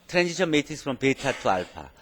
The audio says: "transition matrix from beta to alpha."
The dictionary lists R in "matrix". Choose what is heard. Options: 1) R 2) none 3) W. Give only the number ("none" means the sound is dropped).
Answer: 2